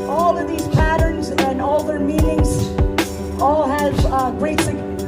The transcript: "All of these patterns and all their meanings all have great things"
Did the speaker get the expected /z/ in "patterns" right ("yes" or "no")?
yes